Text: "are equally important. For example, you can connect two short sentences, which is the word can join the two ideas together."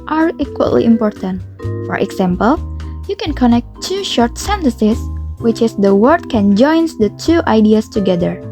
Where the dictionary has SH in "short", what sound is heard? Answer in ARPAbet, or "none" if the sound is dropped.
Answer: SH